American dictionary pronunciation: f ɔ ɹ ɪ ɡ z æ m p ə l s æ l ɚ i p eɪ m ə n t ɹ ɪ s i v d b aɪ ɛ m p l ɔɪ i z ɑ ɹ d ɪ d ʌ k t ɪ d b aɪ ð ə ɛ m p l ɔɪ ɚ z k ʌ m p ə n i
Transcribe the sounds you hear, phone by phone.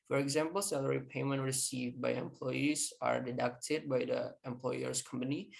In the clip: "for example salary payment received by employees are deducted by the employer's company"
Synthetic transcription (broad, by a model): f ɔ ɹ ɪ ɡ z æ m p ə l s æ l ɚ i p eɪ m ə n t ɹ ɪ s i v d b aɪ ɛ m p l ɔɪ i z ɑ ɹ d ɪ d ʌ k t ɪ d b aɪ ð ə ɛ m p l ɔɪ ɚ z k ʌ m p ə n i